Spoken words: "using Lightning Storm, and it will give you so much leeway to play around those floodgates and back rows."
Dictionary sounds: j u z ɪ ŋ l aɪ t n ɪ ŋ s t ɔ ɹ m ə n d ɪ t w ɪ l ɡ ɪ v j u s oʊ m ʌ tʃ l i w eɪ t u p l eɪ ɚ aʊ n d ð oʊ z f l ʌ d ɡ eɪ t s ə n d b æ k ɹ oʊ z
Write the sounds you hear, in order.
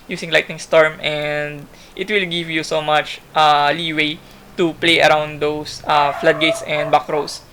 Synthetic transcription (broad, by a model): j u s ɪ ŋ l aɪ t n ɪ ŋ s t ɔ ɹ m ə n d ɪ t w ɪ l ɡ ɪ v j u s oʊ m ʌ tʃ l i w eɪ t u p l eɪ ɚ aʊ n d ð oʊ s f l ʌ d ɡ eɪ t s ə n d b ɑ k ɹ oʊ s